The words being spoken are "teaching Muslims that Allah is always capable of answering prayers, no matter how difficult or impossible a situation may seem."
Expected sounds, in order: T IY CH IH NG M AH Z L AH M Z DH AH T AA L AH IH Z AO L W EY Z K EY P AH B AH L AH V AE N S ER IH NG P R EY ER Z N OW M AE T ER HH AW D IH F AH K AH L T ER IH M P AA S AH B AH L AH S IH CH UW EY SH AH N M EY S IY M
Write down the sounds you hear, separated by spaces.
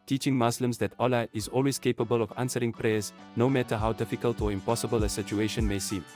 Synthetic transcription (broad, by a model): T IY CH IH NG M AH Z L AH M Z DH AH T AA L AH IH Z AO L W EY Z K EY P AH B AH L AH V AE N S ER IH NG P R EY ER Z N OW M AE T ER HH AW D IH F AH K AH L T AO IH M P AA S AH B AH L AH S IH CH UW EY SH AH N M EY S IY M